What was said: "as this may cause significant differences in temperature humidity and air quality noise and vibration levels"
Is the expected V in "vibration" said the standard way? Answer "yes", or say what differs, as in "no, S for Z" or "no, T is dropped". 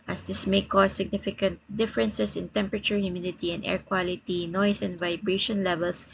yes